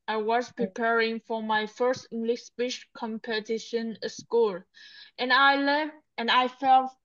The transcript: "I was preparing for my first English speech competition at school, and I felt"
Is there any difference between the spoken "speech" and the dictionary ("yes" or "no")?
yes